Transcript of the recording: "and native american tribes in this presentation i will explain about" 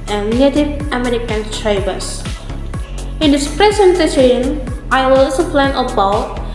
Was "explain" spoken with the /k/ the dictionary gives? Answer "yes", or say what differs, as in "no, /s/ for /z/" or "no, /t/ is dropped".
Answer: no, /k/ is dropped